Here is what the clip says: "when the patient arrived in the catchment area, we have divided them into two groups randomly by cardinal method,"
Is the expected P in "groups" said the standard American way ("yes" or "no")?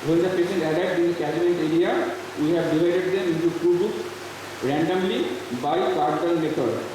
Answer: no